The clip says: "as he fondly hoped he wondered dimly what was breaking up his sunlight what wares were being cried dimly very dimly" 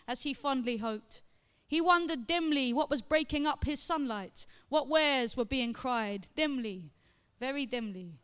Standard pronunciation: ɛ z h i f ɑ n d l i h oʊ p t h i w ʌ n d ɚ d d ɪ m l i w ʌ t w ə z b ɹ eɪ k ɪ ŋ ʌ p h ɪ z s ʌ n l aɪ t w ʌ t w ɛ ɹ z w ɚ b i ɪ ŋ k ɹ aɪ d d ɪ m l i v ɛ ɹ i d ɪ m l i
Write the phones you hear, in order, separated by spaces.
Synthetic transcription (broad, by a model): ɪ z i f ɑ n d l i h oʊ p t h i w ʌ n d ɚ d d ɪ m l i w ʌ t w ə z b ɹ eɪ k ɪ ŋ ʌ p h ɪ z s ʌ n l aɪ t w ʌ t w ɛ ɹ z w ɚ b i ɪ ŋ k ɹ aɪ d d ɪ m l i v ɛ ɹ i d ɪ m l i